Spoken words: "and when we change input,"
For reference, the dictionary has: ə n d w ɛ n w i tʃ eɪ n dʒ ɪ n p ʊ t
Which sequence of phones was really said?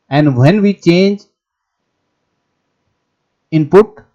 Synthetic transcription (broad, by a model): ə n d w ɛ n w i tʃ eɪ n dʒ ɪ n p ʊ t